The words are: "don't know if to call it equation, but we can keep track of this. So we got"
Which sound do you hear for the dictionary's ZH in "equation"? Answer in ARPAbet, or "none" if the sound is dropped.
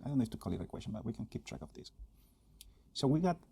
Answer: S